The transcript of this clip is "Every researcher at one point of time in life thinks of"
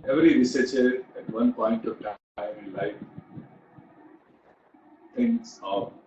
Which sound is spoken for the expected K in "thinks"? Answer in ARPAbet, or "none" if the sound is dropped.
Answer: none